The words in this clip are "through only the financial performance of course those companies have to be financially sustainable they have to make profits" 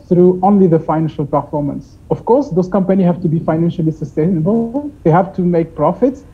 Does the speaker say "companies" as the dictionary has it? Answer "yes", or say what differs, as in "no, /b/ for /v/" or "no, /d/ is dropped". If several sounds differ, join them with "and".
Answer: yes